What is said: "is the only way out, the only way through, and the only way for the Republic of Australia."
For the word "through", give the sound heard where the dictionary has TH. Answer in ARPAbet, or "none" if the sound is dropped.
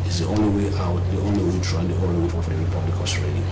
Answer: T